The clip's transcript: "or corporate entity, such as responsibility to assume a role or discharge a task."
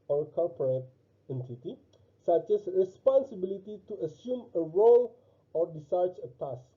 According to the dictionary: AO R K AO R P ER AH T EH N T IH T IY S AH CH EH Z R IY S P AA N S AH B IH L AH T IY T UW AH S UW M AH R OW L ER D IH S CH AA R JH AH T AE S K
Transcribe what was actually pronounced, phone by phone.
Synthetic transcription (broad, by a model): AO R K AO L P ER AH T EH N T IH T IY S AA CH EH S R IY S P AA N S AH B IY L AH T IY T UW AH S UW M AH R OW L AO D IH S AA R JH AH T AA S